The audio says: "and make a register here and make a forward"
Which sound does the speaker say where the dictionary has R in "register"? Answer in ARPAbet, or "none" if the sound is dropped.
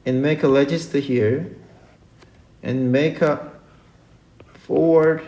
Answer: L